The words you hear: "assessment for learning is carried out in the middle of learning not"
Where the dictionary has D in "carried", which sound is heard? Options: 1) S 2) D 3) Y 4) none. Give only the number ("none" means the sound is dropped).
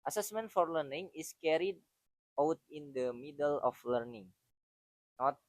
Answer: 2